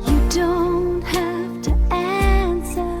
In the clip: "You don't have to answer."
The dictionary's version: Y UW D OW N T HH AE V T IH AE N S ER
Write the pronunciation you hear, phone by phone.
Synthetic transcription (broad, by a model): Y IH D OW N T HH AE F T IH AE N S ER